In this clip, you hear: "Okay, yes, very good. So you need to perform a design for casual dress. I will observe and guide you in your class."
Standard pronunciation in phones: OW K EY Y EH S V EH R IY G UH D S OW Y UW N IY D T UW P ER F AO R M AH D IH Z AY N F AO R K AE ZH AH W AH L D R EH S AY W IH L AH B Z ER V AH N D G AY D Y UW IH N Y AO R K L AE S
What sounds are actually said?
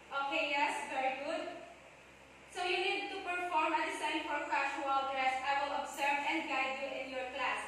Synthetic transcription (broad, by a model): OW K EY Y EH S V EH R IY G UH D S OW Y UW N IY D T UW P ER F AO R M AH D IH S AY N F AO R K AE SH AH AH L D R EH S AY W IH L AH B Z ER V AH N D G AY D Y UW IH N Y AO R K L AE S